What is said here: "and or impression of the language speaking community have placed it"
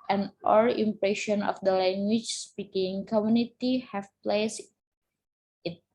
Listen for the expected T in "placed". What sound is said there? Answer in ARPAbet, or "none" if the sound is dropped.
none